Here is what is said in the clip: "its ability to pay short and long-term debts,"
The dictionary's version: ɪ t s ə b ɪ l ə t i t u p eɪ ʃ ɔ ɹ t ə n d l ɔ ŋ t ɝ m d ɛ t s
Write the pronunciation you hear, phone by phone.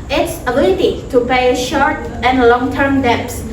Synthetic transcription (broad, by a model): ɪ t s ə b ɪ l ə t i t u p eɪ ʃ ɔ ɹ t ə n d l ɔ ŋ t ɝ m d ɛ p s